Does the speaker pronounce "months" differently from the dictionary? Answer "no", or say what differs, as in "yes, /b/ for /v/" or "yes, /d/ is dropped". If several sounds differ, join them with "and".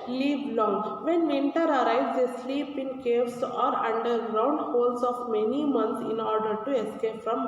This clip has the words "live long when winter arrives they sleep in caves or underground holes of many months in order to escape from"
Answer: yes, /t/ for /θ/